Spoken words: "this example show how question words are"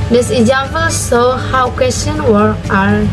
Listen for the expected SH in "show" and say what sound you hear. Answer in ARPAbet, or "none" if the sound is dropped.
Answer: S